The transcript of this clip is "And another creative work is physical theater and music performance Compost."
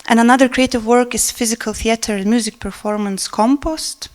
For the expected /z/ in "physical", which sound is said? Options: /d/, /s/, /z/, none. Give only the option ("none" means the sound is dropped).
/z/